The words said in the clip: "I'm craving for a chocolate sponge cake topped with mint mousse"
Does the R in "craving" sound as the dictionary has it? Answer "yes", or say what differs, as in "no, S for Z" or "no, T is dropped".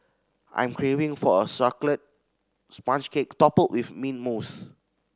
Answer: yes